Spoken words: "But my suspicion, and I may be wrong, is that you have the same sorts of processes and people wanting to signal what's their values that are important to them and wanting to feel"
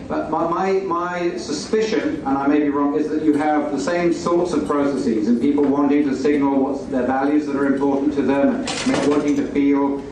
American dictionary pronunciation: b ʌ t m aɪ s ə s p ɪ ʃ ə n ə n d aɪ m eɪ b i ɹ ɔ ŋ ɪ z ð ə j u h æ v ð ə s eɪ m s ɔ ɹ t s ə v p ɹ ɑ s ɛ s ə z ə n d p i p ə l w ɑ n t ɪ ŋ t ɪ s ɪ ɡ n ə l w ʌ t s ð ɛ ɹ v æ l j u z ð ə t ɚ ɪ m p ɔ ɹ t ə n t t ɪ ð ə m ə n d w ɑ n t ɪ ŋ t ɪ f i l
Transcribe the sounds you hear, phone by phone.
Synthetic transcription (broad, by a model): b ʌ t m aɪ s ə s p ɪ ʃ ə n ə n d aɪ m eɪ b i ɹ ɔ ŋ ɪ z ð ə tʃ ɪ v ð ə s eɪ m s ɔ ɹ t s ə v p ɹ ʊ s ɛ s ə z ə n p i p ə l w ɑ n t ɪ ŋ t ɪ s ɪ ɡ n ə l w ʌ t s ð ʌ ɹ v æ l j u z ð ə t ɚ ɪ m p ɔ ɹ t n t t ɪ ð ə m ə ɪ w ɑ n t ɪ ŋ t ɪ f i l